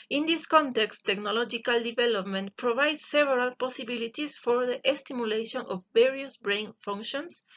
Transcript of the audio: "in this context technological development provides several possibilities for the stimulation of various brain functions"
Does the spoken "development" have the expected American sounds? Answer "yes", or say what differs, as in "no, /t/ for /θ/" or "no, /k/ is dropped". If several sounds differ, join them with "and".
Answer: yes